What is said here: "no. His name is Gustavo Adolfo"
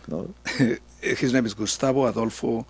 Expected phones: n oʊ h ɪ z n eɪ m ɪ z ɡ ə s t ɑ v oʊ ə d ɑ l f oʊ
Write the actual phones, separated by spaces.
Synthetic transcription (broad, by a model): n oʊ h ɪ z n eɪ m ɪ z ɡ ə s t ɑ b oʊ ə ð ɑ l f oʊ